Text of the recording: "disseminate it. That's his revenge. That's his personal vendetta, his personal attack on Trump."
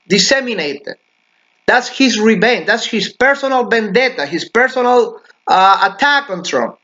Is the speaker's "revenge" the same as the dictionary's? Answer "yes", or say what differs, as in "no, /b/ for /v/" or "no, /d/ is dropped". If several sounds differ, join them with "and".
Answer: no, /b/ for /v/